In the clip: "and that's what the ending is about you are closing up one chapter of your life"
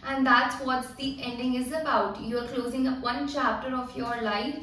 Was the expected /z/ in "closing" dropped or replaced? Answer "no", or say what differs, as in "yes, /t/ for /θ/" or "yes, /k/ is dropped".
no